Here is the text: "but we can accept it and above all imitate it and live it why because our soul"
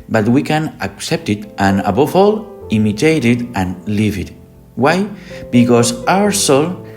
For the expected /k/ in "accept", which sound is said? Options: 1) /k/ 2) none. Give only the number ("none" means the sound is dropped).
1